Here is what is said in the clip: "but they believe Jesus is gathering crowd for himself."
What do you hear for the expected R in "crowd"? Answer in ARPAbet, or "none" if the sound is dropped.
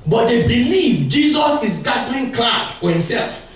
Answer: L